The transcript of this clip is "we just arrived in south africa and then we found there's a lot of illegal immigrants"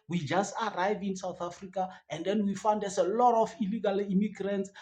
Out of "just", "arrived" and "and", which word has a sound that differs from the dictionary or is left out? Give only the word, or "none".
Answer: arrived